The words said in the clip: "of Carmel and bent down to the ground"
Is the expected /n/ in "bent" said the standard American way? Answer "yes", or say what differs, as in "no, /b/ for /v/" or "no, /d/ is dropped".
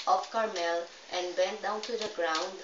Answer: yes